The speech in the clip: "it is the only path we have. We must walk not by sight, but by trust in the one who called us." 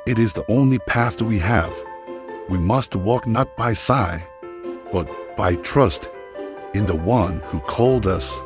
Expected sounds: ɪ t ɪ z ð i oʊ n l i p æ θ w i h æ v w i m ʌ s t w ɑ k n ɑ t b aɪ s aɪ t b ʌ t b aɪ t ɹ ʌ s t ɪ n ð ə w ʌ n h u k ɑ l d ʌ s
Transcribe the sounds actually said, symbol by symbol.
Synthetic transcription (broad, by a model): ɪ t ɪ z ð i oʊ n l i p æ θ w i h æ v w i m ʌ s t w ɑ k n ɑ t b aɪ s aɪ b ʌ t b aɪ t ɹ ʌ s t ɪ n ð ə w ʌ n h u k ɑ l d ʌ s